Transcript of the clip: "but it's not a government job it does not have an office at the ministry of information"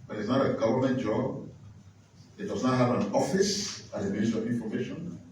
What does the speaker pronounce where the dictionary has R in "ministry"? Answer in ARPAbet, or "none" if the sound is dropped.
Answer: none